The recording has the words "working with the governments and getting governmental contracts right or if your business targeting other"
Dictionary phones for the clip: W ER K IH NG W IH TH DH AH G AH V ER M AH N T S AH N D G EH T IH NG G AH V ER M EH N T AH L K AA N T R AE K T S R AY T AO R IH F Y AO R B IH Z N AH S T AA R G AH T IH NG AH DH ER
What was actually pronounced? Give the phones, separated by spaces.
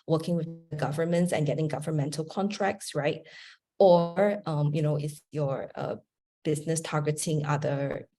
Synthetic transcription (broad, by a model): W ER K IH NG W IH DH AH G AH V ER M AH N T S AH N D G EH T IH NG G AH V ER M EH N T AH L K AA N T R AE K T S R AY T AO R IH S Y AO R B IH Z N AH S T AA R G AH T IH NG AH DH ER